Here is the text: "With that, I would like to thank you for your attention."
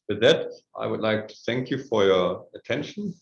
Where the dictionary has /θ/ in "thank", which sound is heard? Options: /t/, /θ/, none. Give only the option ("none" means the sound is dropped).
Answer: /θ/